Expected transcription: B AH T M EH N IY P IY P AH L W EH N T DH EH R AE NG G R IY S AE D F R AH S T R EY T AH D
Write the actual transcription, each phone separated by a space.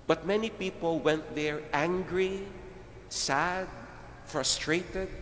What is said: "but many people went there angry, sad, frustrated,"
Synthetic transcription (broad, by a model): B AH T M EH N IY P IY P AH L W EH N T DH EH R AE NG G R IY S AE D F R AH S T R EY T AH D